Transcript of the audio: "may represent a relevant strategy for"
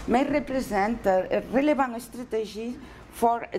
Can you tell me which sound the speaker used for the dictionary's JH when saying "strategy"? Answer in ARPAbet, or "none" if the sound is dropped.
ZH